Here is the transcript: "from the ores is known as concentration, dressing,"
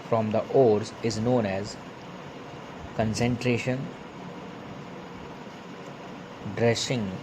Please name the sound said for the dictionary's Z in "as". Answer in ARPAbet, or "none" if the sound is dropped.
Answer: Z